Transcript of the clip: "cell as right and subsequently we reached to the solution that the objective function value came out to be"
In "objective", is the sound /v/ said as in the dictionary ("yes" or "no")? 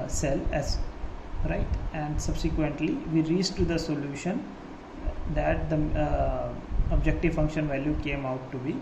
yes